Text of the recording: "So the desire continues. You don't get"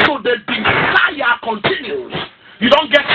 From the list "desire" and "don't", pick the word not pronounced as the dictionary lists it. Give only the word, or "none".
desire